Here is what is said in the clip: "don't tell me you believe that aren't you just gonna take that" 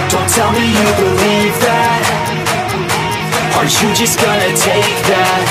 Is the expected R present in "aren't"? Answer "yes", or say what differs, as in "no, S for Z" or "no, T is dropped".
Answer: no, R is dropped